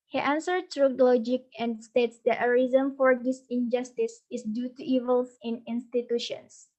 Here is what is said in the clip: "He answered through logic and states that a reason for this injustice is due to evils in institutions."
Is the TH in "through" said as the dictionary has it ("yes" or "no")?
no